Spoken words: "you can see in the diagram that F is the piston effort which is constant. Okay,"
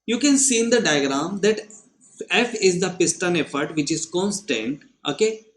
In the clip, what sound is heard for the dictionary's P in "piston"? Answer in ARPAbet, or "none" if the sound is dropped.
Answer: P